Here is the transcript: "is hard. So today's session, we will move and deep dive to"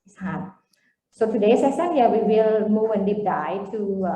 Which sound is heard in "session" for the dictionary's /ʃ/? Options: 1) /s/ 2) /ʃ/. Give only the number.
1